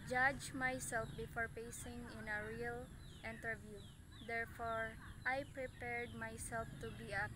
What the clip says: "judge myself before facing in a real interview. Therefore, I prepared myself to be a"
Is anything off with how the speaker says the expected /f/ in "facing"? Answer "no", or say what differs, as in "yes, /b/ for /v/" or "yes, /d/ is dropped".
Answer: yes, /p/ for /f/